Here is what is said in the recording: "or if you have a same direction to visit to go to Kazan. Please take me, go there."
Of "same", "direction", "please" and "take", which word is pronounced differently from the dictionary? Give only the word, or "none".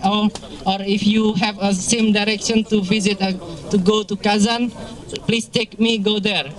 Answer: please